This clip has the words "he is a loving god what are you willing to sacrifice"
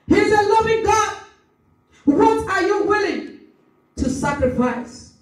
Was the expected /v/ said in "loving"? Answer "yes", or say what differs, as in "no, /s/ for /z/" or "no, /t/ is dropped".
yes